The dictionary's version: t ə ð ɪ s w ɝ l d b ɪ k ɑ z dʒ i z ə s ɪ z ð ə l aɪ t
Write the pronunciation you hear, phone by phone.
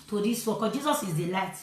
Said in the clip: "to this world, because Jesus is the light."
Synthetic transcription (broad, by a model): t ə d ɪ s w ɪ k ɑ dʒ i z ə s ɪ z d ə l aɪ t